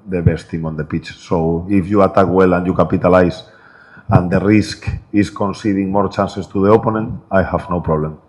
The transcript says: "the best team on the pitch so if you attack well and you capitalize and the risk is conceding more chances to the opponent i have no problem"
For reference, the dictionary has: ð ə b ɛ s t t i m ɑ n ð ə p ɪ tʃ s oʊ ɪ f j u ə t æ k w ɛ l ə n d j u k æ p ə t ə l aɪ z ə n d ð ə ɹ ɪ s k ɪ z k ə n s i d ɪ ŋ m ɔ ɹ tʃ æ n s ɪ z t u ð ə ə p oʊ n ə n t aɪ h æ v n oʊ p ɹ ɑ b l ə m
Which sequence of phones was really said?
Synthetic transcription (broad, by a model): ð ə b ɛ s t t i m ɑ n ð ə p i tʃ s oʊ ɪ f j u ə t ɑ k w ɛ l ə n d j u k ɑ p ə t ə l aɪ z ə n d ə ɹ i s k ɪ s k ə n s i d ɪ ŋ m ɔ ɹ tʃ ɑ n s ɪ s t u ð ə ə p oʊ n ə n aɪ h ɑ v n oʊ p ɹ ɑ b l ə m